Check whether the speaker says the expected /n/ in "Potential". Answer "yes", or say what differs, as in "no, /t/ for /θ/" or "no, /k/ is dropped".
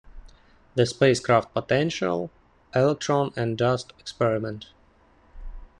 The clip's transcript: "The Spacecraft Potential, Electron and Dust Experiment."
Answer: yes